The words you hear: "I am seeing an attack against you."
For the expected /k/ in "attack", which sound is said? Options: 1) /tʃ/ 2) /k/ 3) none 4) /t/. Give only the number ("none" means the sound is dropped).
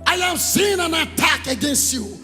2